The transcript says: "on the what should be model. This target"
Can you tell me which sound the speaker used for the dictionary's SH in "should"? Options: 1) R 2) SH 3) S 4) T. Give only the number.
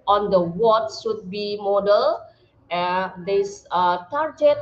3